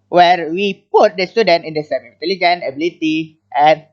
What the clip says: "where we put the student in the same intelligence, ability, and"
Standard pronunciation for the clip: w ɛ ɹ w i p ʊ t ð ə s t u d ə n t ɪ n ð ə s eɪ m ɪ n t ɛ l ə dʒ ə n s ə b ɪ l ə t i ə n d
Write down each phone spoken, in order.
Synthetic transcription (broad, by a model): w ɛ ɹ w i p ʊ t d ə s t u d ə n t ɪ n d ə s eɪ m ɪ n t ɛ l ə dʒ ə n ə b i l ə t i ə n